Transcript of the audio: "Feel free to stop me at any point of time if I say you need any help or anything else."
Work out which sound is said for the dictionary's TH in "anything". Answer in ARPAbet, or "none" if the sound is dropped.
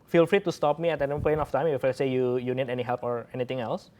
T